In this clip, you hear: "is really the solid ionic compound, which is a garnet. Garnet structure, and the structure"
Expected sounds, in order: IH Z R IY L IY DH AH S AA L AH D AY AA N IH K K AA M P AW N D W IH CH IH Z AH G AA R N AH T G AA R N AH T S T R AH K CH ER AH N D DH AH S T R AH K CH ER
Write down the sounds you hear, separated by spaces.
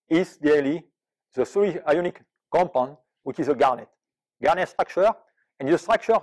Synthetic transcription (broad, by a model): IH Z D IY L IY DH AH S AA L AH AY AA N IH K K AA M P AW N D W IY CH IH Z AH G AA R N AH T G AA R N AH T S T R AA K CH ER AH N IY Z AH S T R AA K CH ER